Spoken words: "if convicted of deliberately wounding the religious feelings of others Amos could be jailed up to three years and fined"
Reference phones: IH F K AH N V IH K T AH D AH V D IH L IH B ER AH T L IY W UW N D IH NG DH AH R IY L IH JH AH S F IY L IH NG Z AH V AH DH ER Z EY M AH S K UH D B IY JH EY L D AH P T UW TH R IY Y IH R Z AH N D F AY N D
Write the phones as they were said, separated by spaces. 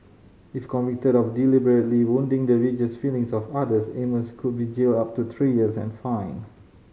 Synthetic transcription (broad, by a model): IH F K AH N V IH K T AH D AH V D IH L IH B ER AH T L IY W UW N D IH NG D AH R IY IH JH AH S F IY L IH NG S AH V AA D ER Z EY M AH S K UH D B IY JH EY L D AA P T UW T R IY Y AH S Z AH N F AY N